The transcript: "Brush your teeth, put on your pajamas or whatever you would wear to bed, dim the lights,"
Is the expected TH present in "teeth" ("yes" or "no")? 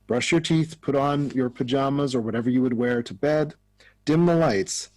yes